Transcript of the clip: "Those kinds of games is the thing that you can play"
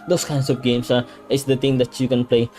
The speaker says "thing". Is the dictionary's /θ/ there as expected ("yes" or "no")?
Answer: no